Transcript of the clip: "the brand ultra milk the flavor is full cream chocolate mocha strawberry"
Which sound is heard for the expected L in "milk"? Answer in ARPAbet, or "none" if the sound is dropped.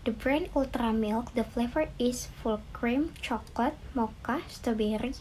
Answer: L